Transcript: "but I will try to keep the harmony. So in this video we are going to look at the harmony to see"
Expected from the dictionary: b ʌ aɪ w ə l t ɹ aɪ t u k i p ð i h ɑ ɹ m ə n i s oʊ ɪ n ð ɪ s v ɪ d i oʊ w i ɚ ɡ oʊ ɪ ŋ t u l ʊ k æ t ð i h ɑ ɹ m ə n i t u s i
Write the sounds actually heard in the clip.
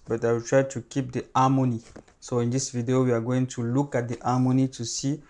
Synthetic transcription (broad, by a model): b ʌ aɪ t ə w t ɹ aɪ t u k i p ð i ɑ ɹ m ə n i s oʊ ɪ n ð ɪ s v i d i oʊ w i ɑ ɡ oʊ ɪ ŋ t u l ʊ k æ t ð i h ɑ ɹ m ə n i t u s i